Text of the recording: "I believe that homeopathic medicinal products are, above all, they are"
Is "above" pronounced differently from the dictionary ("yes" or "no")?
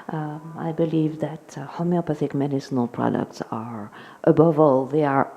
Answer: no